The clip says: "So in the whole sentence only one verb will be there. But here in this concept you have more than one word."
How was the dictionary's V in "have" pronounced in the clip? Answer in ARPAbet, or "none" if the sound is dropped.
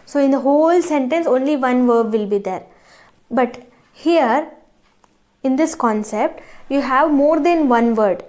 V